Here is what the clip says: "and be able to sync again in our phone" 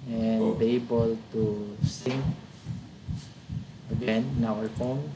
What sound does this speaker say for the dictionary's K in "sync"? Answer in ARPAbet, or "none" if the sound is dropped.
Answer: none